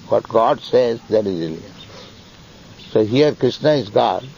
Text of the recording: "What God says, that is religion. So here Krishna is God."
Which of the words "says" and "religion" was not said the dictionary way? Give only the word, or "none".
religion